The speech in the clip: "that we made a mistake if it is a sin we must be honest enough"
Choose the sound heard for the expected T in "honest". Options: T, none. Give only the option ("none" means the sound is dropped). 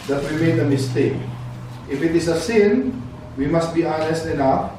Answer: T